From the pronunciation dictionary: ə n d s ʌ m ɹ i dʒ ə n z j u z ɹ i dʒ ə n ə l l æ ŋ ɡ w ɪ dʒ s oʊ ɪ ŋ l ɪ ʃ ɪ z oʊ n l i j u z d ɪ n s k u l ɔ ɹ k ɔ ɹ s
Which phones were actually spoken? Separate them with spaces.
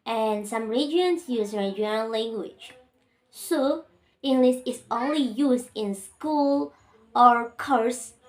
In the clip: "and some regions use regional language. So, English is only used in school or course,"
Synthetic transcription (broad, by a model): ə n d s ʌ m ɹ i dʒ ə n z j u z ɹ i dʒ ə ə n l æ ŋ ɡ w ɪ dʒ s oʊ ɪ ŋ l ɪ s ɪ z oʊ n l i j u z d ɪ n s k u l ɔ ɹ k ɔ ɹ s